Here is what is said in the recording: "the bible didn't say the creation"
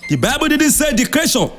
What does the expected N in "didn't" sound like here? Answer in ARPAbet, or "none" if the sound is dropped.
N